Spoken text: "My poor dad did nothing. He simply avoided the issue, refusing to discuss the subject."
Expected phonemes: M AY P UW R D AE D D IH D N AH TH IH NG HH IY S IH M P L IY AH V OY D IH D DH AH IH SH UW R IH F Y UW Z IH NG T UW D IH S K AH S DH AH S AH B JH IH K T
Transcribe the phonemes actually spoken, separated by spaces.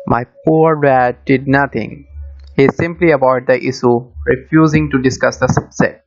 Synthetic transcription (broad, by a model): M AY P UW R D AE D D IH D N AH T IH NG HH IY S IH M P L IY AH B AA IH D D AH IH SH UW R IH F Y UW Z IH NG T UW D IH S K AH S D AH S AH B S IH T